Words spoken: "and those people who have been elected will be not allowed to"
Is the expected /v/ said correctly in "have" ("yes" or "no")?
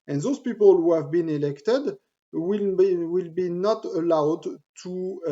yes